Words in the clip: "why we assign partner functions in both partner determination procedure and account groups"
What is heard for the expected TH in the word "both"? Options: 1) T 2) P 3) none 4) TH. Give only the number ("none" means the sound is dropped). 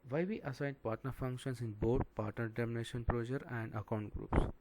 1